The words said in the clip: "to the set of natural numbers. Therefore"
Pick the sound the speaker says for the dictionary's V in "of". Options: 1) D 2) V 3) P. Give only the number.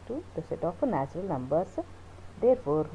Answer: 3